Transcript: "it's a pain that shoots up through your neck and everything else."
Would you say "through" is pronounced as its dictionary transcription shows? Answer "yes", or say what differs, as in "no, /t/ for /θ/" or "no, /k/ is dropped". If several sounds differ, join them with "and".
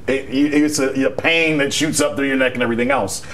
yes